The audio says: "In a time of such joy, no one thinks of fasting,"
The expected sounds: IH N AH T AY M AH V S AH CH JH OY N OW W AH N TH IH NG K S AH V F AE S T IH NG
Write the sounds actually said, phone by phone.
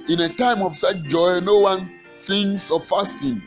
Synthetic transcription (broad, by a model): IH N AH T AY M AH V S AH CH JH OY N OW W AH N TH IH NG S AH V F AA S T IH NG